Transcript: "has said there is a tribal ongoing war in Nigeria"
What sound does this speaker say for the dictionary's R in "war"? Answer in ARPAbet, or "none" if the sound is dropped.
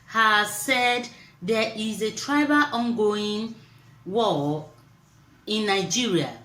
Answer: L